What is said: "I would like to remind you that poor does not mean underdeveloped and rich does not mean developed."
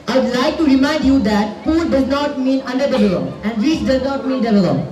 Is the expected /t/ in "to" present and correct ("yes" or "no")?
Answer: yes